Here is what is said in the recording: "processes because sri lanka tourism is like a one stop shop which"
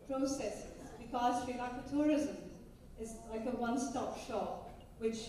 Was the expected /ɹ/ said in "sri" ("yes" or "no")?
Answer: no